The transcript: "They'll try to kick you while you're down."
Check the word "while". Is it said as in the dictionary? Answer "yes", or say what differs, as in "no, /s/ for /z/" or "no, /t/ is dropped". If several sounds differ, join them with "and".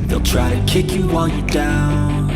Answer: no, /n/ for /l/